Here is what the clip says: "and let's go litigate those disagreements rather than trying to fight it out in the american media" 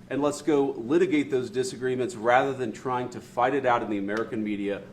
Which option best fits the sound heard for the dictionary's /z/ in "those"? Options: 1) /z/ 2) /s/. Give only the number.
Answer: 1